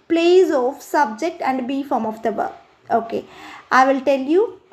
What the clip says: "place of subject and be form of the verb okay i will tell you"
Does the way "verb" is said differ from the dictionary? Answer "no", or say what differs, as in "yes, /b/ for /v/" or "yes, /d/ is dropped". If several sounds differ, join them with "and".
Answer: yes, /b/ is dropped